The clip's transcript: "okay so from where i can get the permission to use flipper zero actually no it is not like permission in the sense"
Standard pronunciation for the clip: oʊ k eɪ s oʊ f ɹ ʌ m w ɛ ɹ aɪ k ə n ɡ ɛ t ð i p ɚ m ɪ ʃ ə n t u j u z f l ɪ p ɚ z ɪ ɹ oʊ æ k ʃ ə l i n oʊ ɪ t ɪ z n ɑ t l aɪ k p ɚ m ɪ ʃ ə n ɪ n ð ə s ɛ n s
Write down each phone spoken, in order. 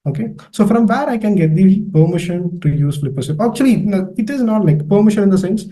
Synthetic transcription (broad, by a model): oʊ k eɪ s oʊ f ɹ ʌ m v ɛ ɹ aɪ k ə n ɡ ɛ t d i p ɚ m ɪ ʃ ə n t u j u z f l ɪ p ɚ s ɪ oʊ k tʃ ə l i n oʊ ɪ t ɪ z n ɑ t l aɪ k p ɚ m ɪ ʃ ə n ɪ n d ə s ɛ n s